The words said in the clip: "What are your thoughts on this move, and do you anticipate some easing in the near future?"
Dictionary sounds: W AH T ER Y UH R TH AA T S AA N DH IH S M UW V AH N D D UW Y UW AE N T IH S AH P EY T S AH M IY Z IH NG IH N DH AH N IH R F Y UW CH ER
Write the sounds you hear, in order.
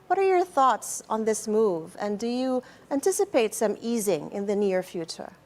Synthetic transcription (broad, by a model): W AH T ER Y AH R TH AA T S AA N DH IH S M UW V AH N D D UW Y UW AE N T IH S AH P EY T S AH M IY Z IH NG IH N DH AH N IH R F Y UW CH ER